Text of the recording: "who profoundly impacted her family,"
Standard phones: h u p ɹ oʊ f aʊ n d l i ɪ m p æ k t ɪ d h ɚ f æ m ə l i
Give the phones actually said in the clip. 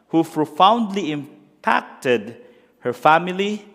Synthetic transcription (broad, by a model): h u p ɹ oʊ f aʊ n d l i ɪ m p æ k t ɪ d h ɚ f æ m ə l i